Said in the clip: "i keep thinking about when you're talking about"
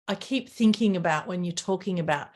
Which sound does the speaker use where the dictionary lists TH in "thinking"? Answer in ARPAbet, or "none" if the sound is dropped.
TH